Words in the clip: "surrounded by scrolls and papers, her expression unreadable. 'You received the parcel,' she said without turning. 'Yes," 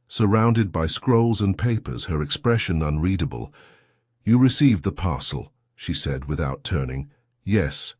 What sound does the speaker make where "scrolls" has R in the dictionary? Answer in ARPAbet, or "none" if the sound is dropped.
R